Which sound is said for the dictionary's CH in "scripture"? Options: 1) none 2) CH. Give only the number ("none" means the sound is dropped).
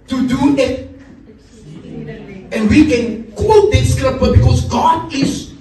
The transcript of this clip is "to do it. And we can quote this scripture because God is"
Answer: 1